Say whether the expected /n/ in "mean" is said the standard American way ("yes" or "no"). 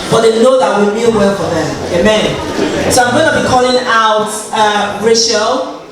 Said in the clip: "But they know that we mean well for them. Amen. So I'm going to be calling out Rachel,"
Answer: no